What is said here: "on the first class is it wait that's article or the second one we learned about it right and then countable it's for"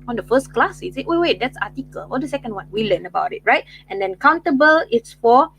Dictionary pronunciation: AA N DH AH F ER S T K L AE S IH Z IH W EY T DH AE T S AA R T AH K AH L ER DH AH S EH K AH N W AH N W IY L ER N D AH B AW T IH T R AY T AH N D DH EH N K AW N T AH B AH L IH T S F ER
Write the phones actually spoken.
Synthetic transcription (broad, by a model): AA N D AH F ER S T K L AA S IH S IH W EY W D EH T S AA T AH K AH L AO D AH S EH K AH N W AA N W IY L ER N AH B AW T IH T R AY T AH N D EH N K AW N T AH B AH L IH T S F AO